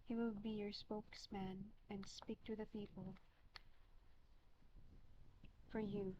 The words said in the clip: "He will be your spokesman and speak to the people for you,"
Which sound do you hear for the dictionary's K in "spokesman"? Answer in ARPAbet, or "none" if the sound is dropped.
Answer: K